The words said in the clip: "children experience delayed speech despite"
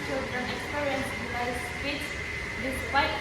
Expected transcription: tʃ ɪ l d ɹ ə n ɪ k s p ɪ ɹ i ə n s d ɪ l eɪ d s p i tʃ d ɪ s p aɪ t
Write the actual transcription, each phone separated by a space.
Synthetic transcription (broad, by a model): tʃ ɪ l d ɹ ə n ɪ k s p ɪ ɹ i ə n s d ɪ ɪ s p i s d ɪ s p aɪ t